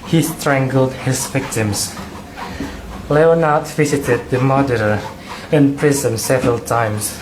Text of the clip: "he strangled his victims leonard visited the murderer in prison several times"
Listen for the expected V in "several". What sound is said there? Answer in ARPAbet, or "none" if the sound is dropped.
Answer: V